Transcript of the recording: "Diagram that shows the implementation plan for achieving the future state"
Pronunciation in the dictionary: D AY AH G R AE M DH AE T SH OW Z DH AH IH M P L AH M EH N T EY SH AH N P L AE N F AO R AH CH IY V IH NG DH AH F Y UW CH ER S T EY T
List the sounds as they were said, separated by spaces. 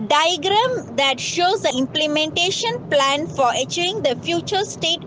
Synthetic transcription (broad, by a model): D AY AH G R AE M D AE T SH OW Z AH IH M P L AH M EH N T EY SH AH N P L AE N F AO R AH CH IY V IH NG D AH F Y UW CH ER S T EY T